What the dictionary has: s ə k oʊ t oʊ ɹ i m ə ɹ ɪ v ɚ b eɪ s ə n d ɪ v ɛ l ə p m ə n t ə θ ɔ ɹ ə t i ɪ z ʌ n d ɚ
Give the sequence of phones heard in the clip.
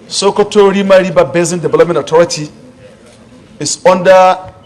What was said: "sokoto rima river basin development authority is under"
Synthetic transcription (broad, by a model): s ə k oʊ t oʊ ɹ i m ə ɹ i b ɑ b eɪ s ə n d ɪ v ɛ l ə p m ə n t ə t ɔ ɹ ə t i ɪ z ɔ n d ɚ